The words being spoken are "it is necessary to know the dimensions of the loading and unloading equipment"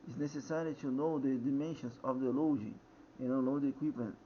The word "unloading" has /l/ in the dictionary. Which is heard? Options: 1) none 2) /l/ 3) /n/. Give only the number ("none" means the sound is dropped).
1